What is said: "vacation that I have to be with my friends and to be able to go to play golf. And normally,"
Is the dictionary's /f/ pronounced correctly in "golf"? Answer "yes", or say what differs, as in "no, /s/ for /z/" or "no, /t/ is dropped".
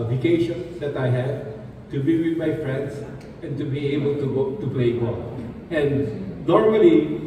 no, /f/ is dropped